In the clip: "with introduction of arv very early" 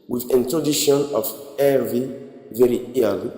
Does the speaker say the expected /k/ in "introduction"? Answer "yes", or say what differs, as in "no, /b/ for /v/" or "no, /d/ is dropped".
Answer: no, /k/ is dropped